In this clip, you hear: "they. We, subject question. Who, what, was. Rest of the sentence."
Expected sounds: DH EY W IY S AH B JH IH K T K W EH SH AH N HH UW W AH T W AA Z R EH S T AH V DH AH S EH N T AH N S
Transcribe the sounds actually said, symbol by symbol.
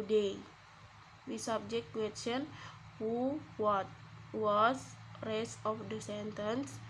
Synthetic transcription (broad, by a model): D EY W IY S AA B JH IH K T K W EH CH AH N HH UW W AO T W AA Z R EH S AH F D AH S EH N T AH N S